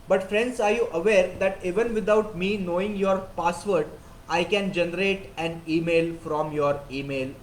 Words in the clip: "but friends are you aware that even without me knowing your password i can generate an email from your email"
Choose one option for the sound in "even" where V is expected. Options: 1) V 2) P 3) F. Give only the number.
1